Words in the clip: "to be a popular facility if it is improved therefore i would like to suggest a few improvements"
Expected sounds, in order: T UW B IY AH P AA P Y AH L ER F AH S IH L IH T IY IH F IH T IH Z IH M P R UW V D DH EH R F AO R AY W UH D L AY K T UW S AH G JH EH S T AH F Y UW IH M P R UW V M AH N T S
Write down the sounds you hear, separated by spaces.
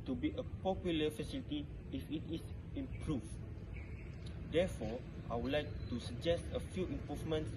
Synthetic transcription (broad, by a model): T UW B IY AH P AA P Y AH L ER F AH S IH L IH T IY IH F IH T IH S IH M P R UW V D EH F AO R AY W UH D L AY K T UW S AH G JH EH S T AH F Y UW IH M P R UW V M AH N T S